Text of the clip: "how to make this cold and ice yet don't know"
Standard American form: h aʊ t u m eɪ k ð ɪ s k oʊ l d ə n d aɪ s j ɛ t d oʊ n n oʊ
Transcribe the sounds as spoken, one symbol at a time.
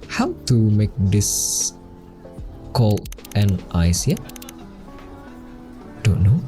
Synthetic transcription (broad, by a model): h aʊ t u m eɪ k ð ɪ s k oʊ l ə n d aɪ s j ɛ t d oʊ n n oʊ